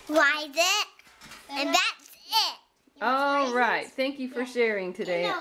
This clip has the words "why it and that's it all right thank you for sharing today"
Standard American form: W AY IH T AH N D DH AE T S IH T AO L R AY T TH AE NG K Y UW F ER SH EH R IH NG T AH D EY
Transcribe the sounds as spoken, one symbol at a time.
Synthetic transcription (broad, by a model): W AY IH T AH N DH AE T S IH T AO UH R AY T TH AE NG K Y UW F ER SH EH R IH NG T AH D EY